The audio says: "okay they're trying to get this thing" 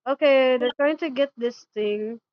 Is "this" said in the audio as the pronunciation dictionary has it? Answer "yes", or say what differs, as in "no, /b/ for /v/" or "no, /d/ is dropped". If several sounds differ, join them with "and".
yes